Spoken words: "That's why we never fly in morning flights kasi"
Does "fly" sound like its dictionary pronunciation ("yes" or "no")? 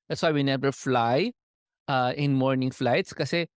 yes